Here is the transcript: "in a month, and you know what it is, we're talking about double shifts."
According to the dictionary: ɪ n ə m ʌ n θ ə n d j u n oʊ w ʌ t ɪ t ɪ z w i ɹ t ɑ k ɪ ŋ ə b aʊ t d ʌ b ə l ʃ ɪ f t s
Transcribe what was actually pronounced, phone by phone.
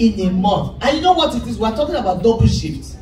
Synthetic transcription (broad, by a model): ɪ n ə m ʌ θ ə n j u n oʊ w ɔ t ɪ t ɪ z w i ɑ t ɑ k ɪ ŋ ə b aʊ t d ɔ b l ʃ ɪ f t